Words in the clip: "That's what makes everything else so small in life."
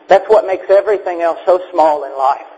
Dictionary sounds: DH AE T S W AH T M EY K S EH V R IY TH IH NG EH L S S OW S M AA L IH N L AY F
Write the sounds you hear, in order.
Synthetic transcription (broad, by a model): DH AE T S W AH T M EY K S EH V R IY TH IH NG EH L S S OW S M AA L IH N L AY F